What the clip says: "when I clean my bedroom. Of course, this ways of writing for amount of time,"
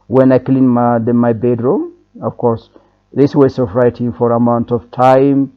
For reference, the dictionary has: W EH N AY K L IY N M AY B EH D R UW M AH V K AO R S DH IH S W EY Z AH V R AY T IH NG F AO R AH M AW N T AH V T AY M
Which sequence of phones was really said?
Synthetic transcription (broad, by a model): W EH N AY K L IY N M AY B EH D R UW M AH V K AO R S DH IH S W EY S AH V R AY T IH NG F AO R AH M AW N T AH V T AY M